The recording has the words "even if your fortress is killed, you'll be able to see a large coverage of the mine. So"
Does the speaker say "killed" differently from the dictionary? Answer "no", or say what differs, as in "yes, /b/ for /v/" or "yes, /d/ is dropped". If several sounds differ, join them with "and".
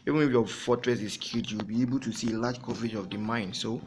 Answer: yes, /l/ is dropped